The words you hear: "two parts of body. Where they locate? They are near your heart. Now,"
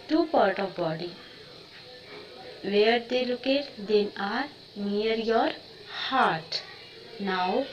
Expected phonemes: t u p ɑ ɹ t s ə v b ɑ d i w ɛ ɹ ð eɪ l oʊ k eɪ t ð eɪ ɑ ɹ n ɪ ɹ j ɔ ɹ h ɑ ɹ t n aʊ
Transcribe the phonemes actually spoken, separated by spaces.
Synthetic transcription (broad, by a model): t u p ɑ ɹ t ə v b ɑ d i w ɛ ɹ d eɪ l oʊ k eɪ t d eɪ ɑ ɹ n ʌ ɹ j ɔ ɹ h ɑ ɹ t n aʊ